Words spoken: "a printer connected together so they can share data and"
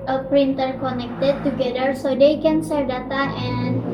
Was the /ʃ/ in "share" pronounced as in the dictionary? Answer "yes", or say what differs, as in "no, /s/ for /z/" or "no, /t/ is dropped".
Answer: no, /s/ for /ʃ/